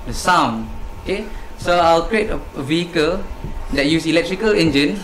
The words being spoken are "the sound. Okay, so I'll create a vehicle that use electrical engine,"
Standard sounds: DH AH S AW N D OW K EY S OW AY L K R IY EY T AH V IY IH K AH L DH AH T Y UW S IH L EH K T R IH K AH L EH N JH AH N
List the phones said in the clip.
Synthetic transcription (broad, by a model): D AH S AW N OW K EY S OW AY L K R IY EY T AH V IY IH K AH L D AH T Y UW S IH L EH K T R IH K AH L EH N JH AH N